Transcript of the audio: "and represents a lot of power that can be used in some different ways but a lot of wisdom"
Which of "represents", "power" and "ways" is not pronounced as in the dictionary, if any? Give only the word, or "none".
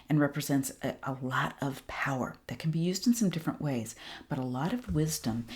none